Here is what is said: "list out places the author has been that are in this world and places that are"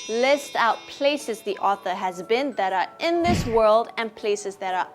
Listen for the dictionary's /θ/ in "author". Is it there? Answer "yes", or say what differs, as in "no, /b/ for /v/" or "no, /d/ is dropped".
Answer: yes